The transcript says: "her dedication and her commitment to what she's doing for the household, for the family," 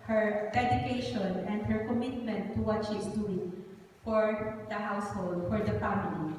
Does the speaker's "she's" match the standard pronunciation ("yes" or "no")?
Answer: no